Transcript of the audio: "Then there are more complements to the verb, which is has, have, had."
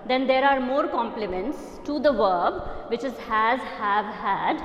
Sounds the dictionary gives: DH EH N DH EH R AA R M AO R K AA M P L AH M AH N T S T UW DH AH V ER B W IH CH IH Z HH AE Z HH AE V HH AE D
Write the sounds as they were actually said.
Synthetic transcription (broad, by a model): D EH N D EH R AA R M AO R K AA M P L AH M AH N T S T UW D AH V ER B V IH CH IH Z HH AE Z HH AE V HH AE D